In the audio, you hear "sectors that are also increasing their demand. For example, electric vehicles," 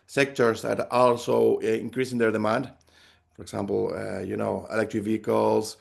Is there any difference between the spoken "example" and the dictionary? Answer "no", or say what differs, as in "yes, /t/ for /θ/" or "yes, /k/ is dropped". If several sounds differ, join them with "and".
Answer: yes, /n/ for /l/